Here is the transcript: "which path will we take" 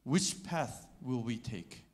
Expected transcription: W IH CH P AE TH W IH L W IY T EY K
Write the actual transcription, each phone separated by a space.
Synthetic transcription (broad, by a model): W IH CH P AE TH W IH L W IY T EY K